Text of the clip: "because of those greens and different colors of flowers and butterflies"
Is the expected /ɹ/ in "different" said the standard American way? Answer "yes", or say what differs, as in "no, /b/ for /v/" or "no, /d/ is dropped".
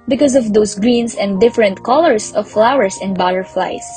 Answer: yes